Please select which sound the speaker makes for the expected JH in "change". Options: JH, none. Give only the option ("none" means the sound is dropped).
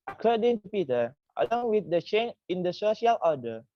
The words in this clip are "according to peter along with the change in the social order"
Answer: none